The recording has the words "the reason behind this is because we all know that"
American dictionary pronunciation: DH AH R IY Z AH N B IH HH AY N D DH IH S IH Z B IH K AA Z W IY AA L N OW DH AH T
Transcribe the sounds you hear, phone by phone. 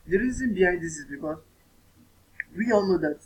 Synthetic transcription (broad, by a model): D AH R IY Z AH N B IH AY D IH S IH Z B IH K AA W IY AA L N OW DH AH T